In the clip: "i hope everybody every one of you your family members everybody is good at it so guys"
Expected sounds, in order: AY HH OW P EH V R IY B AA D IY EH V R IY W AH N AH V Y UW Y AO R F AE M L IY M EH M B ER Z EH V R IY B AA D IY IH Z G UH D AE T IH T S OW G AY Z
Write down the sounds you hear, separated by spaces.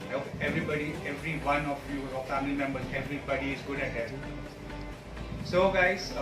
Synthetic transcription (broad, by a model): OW EH V R IY B AA D IY EH V R IY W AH N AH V Y UW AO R F AE M L IY M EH M B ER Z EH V R IY B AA D IY IH Z G UH D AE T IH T S OW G AY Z